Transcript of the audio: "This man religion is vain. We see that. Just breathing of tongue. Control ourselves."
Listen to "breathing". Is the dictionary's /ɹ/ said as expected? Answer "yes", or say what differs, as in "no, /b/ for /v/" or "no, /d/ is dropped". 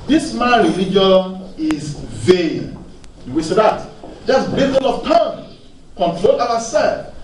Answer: no, /ɹ/ is dropped